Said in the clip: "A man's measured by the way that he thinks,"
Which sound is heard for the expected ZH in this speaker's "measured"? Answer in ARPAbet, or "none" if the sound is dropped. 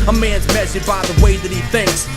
S